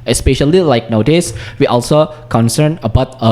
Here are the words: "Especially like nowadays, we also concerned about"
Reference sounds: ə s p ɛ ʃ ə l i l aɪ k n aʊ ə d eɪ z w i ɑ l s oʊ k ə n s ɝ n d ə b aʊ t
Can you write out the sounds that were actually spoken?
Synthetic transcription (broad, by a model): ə s p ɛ ʃ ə l i l aɪ k n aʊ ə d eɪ s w i ɑ l s oʊ k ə n s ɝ n ə b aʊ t